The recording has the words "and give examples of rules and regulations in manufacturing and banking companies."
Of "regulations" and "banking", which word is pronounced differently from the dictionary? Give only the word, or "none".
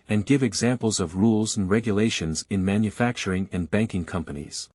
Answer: none